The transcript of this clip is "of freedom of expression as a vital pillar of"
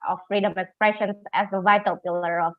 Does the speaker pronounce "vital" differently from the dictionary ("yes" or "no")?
no